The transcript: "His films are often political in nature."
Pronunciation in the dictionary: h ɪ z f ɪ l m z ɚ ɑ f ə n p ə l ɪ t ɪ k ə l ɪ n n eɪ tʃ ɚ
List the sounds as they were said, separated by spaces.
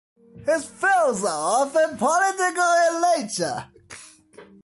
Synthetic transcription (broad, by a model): h ɪ z f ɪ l z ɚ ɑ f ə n p ə l ɪ t ɪ k ə l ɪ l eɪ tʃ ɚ